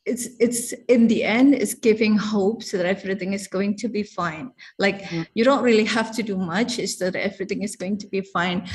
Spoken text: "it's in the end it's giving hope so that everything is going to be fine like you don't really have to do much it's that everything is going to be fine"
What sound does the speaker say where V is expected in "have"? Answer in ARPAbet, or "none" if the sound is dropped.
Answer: F